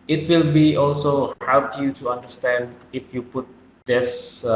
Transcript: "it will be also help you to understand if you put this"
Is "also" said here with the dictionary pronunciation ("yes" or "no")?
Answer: yes